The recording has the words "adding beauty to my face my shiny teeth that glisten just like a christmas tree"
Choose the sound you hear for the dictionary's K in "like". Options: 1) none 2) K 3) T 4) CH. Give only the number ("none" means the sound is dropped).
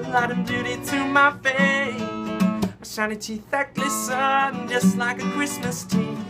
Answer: 2